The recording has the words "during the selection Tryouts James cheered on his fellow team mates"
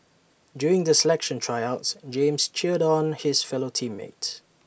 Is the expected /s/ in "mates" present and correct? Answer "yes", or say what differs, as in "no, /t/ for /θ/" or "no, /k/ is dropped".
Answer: no, /s/ is dropped